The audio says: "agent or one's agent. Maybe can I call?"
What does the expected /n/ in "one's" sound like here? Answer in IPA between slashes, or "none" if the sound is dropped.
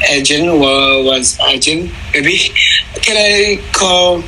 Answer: none